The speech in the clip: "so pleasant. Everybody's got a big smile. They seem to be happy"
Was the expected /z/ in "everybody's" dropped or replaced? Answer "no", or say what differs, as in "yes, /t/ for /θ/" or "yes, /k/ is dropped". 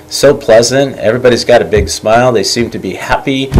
no